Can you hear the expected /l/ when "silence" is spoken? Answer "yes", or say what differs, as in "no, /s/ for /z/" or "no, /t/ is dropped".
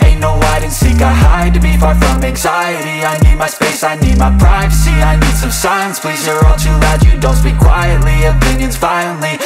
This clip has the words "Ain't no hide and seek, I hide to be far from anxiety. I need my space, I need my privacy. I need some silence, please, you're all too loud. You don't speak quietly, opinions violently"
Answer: no, /l/ is dropped